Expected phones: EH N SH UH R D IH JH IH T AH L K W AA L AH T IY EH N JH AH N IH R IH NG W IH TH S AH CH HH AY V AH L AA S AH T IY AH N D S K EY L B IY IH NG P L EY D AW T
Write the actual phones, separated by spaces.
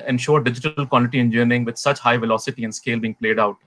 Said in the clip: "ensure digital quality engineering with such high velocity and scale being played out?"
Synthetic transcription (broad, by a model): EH N SH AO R D IH JH IH T AH L K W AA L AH T IY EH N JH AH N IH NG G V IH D S AH CH HH AY V AH L AA S AH T IY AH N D S K EY L B IY IH NG P L EY D AW T